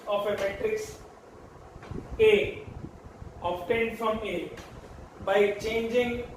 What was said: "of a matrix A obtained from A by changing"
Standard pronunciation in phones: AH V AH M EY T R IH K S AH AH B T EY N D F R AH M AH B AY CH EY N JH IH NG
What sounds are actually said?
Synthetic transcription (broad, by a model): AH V AH M EY T R IH K S AH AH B T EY N D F R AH M AH B AY CH EY N JH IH NG